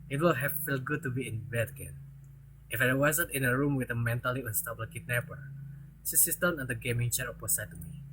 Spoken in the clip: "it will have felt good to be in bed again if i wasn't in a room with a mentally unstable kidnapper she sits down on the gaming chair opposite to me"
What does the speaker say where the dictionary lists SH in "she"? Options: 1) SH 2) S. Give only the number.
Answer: 2